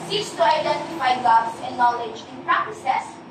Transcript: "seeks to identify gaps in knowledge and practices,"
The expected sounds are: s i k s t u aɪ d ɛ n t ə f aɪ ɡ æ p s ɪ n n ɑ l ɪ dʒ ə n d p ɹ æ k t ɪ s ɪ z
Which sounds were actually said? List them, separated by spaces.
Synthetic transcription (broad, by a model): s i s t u aɪ d ɛ n t ə f aɪ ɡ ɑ b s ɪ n n ɑ l ɪ dʒ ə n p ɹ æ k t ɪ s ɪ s